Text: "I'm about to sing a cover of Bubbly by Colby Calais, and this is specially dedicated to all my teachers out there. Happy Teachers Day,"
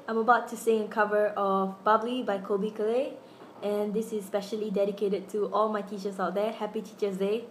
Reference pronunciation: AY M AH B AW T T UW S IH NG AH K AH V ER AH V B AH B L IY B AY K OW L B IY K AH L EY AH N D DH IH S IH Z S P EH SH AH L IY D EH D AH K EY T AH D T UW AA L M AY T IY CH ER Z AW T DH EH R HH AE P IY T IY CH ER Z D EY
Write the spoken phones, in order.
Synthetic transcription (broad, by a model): AY M AH B AW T T UW S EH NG AH K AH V ER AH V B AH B L IY B AY K OW B IY K AH L EY AH N D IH S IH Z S P EH SH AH L IY D EH D AH K EY T AH D T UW AA L M AY T IY CH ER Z AW T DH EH HH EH P IY T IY CH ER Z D EY